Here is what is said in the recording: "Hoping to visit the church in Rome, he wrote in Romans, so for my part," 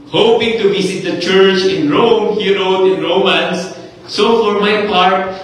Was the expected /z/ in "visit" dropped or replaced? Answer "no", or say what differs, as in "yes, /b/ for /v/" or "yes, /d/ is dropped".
yes, /s/ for /z/